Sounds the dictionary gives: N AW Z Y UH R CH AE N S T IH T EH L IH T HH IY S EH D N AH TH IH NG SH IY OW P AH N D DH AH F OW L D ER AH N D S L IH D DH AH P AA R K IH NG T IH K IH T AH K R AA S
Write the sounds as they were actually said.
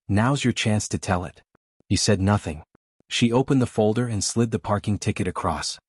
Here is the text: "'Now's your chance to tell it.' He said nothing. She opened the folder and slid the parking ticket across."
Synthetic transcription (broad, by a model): N AW Z Y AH R CH AE N S T IH T EH L IH T HH IY S EH D N AH TH IH NG SH IY OW P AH N DH AH F OW L D ER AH N S L IH D DH AH P AA R K IH NG T IH K IH T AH K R AA S